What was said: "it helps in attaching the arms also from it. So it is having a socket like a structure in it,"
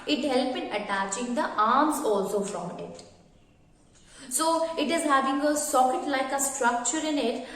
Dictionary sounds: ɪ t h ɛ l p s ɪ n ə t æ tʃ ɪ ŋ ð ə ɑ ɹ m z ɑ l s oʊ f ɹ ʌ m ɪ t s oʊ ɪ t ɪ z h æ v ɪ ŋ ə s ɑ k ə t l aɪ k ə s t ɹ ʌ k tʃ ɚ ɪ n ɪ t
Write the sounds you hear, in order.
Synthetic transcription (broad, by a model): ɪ t h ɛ l p ɪ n ə t æ tʃ ɪ ŋ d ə ɑ ɹ m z ɑ l s oʊ f ɹ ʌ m ɪ t s oʊ ɪ t ɪ z h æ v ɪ ŋ ə s ɑ k ə t l aɪ k ə s t ɹ ʌ k tʃ ɚ ɪ n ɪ t